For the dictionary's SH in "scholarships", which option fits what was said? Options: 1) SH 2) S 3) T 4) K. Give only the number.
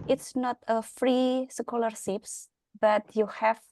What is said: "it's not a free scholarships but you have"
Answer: 2